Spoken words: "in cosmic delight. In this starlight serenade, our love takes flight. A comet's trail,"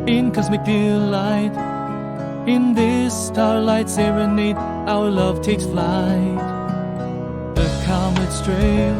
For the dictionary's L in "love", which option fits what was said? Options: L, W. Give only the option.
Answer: L